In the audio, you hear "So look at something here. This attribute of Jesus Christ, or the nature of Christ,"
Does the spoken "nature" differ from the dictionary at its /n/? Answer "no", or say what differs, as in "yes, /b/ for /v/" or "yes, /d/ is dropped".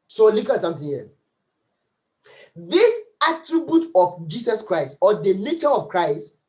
yes, /l/ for /n/